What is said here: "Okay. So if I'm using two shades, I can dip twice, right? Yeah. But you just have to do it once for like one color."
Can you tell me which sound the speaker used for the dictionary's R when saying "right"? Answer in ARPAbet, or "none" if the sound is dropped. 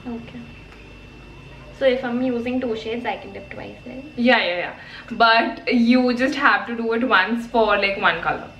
L